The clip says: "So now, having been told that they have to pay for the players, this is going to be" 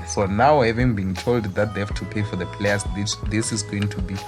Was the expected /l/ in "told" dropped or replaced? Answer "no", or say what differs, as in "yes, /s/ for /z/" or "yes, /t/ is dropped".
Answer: no